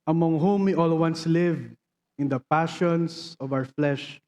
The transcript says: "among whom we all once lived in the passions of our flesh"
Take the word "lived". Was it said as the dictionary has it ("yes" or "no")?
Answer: no